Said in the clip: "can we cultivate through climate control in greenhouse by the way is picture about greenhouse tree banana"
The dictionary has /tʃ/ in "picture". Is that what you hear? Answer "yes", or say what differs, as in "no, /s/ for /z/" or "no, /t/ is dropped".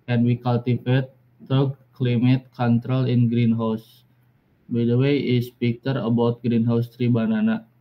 no, /tʃ/ is dropped